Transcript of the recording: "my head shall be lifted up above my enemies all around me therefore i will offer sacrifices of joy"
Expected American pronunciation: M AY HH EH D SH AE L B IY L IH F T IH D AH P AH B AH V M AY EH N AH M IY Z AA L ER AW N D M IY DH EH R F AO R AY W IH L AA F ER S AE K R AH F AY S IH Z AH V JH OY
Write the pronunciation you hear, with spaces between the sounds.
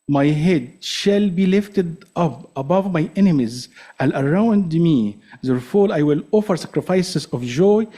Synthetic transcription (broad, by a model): M AY HH EH D SH AE L B IY L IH F T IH D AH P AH B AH V M AY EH N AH M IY Z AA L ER AW N D M IY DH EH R F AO L AY W IH L AA F ER S AE K R AH F AY S IH Z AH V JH OY